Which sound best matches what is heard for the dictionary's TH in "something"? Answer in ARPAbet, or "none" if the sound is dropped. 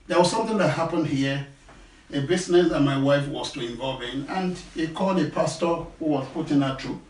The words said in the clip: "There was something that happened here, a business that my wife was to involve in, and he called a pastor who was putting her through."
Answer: TH